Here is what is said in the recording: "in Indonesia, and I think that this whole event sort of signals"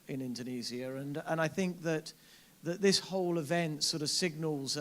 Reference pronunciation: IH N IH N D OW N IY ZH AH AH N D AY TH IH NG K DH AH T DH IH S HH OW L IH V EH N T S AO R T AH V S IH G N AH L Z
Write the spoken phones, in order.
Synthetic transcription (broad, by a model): IH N IH N D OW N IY Z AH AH N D AY TH IH NG K DH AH T DH IH S HH OW L IH V EH N T S AO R T AH V S IH G N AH L Z